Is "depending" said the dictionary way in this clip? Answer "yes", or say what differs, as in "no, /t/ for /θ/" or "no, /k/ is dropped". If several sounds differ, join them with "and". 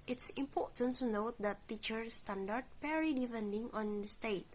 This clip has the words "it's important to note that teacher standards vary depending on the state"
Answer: no, /f/ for /p/